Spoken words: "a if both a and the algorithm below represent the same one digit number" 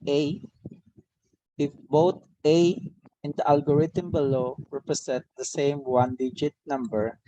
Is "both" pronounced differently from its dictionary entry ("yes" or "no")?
yes